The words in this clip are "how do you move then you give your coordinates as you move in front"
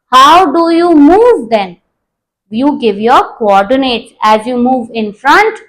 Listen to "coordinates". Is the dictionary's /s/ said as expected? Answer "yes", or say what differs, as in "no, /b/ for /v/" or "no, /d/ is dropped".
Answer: no, /s/ is dropped